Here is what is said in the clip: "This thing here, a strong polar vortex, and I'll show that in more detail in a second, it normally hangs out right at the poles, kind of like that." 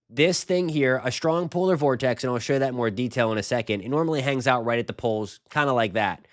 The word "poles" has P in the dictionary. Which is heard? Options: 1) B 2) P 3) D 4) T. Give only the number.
2